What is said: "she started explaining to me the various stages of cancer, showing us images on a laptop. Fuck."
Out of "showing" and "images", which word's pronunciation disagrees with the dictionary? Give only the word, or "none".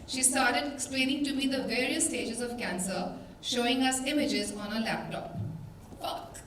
none